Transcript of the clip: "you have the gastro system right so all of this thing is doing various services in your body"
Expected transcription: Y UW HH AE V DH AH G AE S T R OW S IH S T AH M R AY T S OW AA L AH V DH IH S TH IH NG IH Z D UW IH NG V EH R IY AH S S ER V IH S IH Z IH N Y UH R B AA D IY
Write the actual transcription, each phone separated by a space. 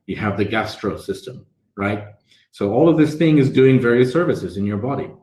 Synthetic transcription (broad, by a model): Y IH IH V DH AH G AE S T R OW S IH S T AH M R AY T S OW AA L AH V DH IH S TH IH NG IH Z D UW IH NG V EH R IY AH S S ER V IH S IH Z IH N Y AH R B AA D IY